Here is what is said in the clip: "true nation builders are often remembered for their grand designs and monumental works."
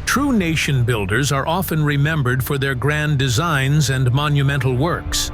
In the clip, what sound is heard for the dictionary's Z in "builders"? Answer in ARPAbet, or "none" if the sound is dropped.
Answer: Z